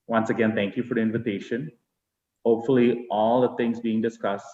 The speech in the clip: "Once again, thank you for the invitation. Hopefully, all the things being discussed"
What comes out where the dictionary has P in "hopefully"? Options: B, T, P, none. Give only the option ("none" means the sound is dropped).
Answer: P